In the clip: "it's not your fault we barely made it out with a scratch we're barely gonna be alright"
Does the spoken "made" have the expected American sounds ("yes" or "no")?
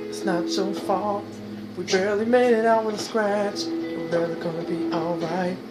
yes